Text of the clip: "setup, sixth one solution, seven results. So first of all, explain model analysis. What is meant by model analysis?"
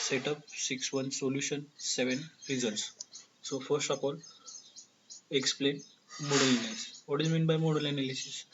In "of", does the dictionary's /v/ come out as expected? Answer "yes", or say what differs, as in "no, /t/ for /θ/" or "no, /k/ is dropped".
no, /p/ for /v/